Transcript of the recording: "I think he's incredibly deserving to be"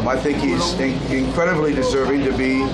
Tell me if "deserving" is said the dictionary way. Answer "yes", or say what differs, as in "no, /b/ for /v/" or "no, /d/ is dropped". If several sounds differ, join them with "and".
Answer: yes